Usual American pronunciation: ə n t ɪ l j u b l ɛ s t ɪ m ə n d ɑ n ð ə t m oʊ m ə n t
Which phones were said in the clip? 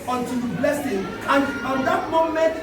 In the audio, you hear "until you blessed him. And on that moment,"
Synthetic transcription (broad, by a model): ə n t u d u b l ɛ s ɪ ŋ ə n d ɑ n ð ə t m oʊ m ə n t